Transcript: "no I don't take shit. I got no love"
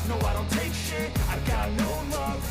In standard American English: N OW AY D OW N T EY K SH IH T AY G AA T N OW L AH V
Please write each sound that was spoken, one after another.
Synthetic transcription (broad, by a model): N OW AY D OW N T EY K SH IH AY G AA T N OW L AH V